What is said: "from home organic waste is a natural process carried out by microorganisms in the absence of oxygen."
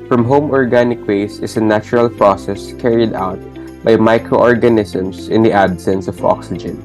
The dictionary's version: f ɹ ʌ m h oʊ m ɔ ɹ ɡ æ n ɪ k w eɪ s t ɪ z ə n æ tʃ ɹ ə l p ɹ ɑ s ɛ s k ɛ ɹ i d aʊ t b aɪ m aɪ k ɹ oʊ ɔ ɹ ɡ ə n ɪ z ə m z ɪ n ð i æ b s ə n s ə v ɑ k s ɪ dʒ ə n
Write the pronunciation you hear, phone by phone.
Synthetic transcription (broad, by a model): f ɹ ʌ m h oʊ m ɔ ɹ ɡ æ n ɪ k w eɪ s ɪ s ə n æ tʃ ɹ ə l p ɹ ɑ s ɛ s k ɛ ɹ i d aʊ t b aɪ m aɪ k ɹ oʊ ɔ ɹ ɡ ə n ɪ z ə m s ɪ n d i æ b s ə n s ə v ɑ k s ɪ dʒ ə n